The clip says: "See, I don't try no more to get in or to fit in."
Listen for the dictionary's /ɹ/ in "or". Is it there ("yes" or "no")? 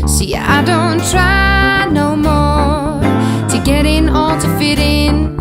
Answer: no